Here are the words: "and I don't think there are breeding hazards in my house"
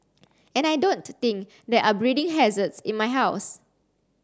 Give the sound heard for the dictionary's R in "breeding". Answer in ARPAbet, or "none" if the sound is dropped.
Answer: R